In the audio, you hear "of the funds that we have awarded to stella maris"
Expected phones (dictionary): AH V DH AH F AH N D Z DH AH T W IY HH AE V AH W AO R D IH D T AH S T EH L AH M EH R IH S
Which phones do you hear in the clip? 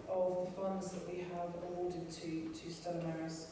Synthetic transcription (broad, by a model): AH V DH AH F AH N D Z DH AH T W IY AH V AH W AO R D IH D T AH S T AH AH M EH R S